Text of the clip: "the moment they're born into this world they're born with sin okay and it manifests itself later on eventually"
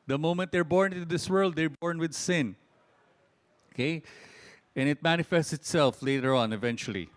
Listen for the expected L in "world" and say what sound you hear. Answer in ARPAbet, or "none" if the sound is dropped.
L